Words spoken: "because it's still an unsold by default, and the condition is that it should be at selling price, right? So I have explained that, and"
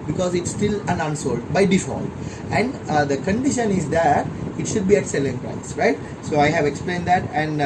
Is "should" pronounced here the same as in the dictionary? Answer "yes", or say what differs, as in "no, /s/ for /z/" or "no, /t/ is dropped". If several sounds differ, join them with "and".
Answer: yes